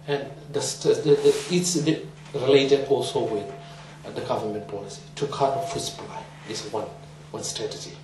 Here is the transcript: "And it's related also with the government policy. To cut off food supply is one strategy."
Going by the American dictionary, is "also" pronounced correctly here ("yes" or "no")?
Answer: yes